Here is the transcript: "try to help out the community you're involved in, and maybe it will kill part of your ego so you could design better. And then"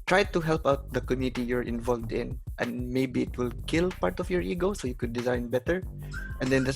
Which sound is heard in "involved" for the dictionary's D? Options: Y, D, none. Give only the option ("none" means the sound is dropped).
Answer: D